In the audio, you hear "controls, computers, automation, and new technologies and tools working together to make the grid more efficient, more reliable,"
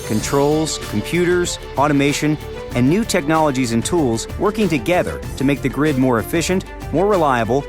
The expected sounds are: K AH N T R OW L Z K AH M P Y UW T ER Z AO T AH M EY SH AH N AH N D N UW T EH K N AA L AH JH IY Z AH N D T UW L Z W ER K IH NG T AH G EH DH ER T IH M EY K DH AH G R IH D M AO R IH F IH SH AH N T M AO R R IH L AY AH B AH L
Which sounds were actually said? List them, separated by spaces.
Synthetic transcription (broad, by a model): K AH N T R OW L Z K M P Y UW T ER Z AO T AH M EY SH AH N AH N N UW T EH K N AA L AH JH IY Z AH N T UW L Z W ER K IH NG T AH G EH DH ER T IH M EY K DH AH G R IH D M AO R IH F IH SH AH N T M AO R R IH L AY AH B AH L